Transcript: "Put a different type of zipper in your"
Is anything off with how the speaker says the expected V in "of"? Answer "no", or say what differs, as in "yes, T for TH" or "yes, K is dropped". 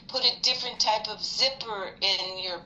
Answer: no